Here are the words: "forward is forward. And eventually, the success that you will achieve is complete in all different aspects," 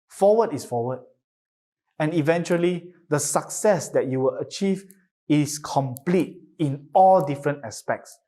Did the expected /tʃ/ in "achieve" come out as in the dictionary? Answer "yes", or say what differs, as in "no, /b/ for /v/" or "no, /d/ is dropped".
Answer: yes